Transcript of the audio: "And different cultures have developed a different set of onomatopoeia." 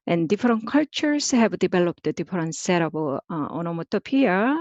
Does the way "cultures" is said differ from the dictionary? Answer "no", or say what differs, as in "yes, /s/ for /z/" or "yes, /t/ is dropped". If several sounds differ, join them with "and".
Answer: yes, /s/ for /z/